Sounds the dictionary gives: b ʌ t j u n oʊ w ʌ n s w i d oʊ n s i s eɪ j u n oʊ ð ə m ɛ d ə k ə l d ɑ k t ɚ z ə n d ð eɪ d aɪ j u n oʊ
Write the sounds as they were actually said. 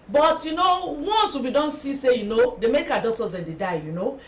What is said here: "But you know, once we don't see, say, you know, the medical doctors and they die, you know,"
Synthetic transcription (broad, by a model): b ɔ t j u n oʊ w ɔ n s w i d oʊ n s i s eɪ j u n oʊ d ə m ɛ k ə ə d ɑ k t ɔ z ə n d eɪ d aɪ j u n oʊ